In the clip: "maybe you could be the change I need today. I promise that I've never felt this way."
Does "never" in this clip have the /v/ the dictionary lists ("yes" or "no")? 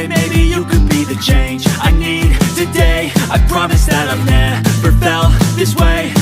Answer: no